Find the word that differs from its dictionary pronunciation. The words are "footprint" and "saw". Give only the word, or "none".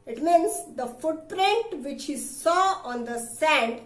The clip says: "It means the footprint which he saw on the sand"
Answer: none